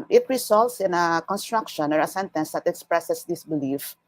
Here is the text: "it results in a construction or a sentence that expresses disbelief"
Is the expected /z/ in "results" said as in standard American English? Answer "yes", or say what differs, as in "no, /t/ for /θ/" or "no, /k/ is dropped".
no, /s/ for /z/